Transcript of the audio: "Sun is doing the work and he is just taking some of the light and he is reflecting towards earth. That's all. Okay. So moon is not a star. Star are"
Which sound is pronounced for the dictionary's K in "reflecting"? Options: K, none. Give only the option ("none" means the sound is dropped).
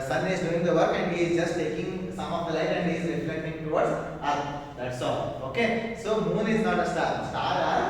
none